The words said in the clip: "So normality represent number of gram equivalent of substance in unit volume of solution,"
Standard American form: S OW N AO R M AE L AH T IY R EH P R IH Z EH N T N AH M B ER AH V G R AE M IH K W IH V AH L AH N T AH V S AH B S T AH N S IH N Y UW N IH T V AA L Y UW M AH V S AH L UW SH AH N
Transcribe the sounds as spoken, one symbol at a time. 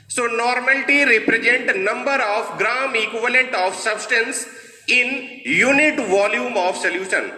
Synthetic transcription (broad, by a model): S OW N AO R M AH L T IY R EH P R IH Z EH N T N AH M B ER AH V G R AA M IH K W IH V AH L AH N T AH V S AH B S T AH N S IH N Y UW N IH T V AA L Y UW M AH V S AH L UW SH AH N